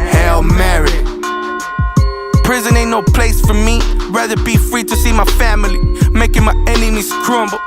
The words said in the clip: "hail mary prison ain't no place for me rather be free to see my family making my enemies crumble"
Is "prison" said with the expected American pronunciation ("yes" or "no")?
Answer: yes